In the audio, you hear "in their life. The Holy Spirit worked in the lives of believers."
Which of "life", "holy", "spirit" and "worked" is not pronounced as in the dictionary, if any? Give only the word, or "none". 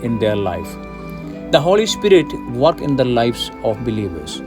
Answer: worked